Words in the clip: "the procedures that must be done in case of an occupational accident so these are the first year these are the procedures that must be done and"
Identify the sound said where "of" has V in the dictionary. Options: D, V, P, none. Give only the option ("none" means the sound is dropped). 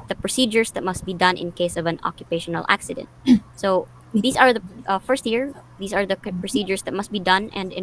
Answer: V